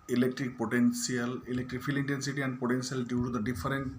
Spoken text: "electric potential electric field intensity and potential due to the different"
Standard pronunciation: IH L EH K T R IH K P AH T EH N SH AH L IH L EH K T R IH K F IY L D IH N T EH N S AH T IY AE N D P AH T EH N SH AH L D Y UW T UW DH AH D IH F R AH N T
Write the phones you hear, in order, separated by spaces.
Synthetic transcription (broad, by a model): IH L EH K T R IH K P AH T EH N S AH L IH L EH K T R IH K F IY L IH N T EH N S AH T IY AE N D P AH T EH N S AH L D Y UW T UW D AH D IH F R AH N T